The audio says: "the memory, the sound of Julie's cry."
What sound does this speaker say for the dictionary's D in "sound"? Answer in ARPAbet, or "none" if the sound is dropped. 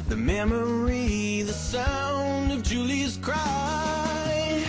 none